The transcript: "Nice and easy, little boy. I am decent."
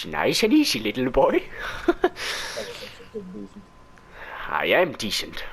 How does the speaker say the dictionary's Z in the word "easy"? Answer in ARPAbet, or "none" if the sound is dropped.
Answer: S